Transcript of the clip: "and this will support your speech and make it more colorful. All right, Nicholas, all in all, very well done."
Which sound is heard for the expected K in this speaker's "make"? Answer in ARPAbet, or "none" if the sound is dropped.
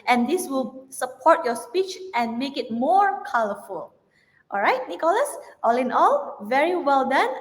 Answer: K